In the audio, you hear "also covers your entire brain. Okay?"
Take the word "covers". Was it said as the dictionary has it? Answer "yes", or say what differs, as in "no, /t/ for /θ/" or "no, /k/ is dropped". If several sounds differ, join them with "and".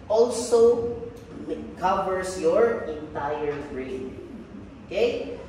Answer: no, /s/ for /z/